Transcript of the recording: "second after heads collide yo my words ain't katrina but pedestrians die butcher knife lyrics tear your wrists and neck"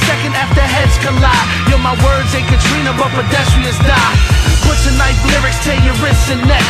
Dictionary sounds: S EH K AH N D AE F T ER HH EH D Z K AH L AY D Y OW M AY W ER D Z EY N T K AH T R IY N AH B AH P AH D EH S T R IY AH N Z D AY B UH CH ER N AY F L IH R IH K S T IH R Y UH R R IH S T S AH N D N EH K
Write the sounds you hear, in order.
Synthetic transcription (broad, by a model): S EH K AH N D AE F T ER HH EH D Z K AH L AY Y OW M AY W ER D Z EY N K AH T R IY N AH B AH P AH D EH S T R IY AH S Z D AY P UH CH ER N AY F L IH R IH K S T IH Y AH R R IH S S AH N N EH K